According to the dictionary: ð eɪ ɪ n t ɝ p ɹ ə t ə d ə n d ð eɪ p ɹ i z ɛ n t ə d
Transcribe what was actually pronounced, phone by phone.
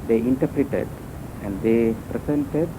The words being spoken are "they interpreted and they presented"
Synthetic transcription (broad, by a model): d eɪ ɪ n t ɝ p ɹ ə t ə d ə n d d eɪ p ɹ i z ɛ n t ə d